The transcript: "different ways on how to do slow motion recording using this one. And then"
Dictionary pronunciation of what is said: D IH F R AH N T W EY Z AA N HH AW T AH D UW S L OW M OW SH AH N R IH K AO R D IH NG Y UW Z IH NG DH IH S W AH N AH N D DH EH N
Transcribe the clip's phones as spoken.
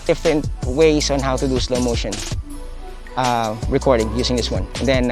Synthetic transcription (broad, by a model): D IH F R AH N T W EY S AA N HH AW T AH D UW S L OW M OW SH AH N R IH K AO R D IH NG Y UW S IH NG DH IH S W AH N AH N D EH N